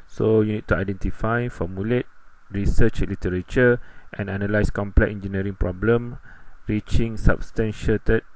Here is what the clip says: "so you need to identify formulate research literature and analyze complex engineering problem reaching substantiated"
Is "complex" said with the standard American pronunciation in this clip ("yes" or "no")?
no